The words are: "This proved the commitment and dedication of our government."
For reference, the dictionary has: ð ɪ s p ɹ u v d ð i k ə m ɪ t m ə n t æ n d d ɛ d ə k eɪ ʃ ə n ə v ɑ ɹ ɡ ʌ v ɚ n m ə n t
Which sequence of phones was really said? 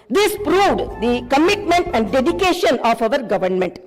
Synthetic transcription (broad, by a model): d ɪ s p ɹ u v d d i k ə m ɪ t m ə n t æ n d d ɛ d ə k eɪ ʃ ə n ə v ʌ ɹ ɡ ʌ v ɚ n m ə n t